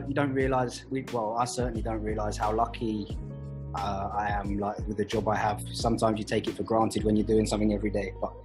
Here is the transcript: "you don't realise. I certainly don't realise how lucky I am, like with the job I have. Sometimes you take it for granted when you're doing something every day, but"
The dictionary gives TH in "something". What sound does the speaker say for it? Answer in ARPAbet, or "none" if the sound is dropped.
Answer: TH